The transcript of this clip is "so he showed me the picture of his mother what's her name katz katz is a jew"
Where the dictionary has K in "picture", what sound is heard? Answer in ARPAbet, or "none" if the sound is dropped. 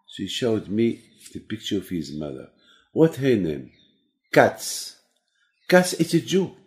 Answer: K